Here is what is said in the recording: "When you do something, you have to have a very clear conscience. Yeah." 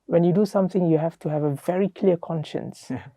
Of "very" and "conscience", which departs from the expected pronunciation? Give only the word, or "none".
none